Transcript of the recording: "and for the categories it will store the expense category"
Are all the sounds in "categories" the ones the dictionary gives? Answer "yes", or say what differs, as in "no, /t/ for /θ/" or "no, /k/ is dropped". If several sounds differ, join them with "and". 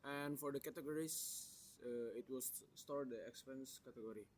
no, /s/ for /z/